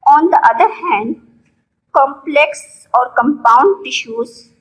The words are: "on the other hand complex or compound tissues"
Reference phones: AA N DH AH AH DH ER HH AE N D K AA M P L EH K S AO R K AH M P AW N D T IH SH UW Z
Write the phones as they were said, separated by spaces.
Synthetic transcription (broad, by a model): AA N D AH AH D ER HH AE N D K AA M P L EH K S AO R K AH M P AW N D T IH SH UW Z